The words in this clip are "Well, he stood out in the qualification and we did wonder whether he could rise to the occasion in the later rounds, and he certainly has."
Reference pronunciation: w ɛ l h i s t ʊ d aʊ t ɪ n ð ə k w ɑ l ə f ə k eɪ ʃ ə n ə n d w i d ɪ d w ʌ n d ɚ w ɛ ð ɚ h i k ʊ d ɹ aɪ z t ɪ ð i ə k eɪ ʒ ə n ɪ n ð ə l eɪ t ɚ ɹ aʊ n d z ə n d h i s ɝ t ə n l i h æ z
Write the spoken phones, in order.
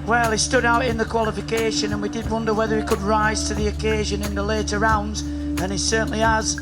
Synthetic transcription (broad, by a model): w ɛ l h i s t ʊ d aʊ t ɪ n ð ə k w ɑ l ə f ə k eɪ ʃ ə n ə n w i d ɪ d w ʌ n d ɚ w ɛ ð ɚ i k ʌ d ɹ aɪ z t ɪ ð i ə k eɪ ʒ ə n ɪ n ð ə l eɪ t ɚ ɹ aʊ n d z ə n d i s ɝ t n l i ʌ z